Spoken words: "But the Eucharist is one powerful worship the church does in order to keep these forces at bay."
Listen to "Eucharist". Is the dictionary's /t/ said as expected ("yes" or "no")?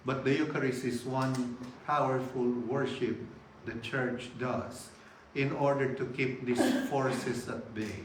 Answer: no